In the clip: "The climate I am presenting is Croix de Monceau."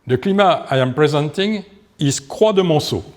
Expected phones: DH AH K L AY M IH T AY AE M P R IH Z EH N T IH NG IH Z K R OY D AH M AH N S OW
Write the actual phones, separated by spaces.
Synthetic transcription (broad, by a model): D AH K L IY M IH AY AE M P R IH Z EH N T IH NG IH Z K W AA D AH M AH S OW